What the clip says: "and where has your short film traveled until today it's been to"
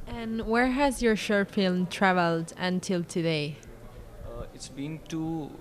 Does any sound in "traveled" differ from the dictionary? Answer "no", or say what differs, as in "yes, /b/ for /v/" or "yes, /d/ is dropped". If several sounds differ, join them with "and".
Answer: no